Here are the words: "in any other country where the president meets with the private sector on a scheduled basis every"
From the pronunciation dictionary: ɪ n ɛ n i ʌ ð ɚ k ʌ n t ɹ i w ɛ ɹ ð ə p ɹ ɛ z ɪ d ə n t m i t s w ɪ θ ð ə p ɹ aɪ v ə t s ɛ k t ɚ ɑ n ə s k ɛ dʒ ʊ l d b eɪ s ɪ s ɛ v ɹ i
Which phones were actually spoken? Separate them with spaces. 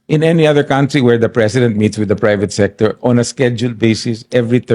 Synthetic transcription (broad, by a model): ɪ n ɛ n i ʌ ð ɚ k ʌ n t ɹ i w ɛ ɹ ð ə p ɹ ɛ s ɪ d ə n t m i t s w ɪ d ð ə p ɹ aɪ v ə t s ɛ k t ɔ ɑ n ə s k ɛ dʒ ʊ l d b eɪ s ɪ s ɛ v ɹ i